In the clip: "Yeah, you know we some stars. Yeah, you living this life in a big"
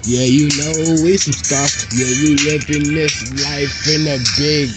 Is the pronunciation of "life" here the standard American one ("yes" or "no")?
yes